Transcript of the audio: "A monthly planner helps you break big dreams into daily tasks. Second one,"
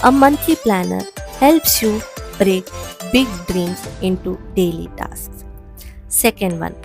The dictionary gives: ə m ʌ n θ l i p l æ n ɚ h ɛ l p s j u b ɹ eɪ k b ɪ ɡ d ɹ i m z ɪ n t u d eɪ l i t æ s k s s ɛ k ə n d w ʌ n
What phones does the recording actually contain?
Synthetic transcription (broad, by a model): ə m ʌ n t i p l æ n ɚ h ɛ l p s j u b ɹ eɪ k b ɪ ɡ d ɹ i m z ɪ n t u d eɪ l i t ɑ s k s s ɛ k ə n d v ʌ n